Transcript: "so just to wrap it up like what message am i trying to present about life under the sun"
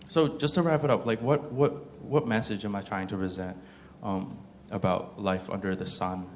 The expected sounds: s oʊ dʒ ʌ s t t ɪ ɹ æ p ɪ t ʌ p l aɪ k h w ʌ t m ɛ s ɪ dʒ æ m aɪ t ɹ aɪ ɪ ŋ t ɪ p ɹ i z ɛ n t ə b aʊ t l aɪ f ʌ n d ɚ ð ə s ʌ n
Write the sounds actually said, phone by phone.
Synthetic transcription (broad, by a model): s oʊ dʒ ʌ s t t ɪ ɹ æ p ɪ t ʌ p l aɪ k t w ʌ t m ɛ s ɪ dʒ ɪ m aɪ t ɹ aɪ ɪ ŋ t ɪ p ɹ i z ɛ n t ə b aʊ t l aɪ f ʌ n d ɚ ð ə s ʌ n